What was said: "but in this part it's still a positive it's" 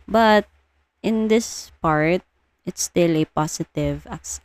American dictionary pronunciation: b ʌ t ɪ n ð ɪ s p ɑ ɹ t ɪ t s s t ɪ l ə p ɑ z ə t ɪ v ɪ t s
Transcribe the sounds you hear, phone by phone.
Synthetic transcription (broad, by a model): b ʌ t ɪ n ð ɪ s p ɑ ɹ t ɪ t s s t ɪ l ə p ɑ s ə t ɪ v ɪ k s